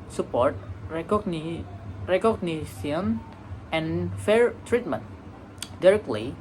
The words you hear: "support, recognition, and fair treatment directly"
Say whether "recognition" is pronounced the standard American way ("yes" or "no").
no